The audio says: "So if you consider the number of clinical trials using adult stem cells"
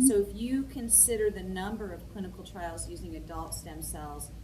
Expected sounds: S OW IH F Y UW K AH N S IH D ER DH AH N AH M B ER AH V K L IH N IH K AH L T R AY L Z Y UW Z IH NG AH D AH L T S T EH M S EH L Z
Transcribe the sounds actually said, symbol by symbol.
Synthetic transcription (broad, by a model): S OW IH F Y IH K AH N S IH D ER DH AH N AH M B ER AH V K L IH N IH K L T R AY L Z Y UW Z IH NG AH D AH L T S T EH M S EH L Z